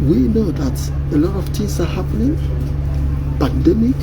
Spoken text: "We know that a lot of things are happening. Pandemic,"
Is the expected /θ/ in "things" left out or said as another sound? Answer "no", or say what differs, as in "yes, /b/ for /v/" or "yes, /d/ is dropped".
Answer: yes, /t/ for /θ/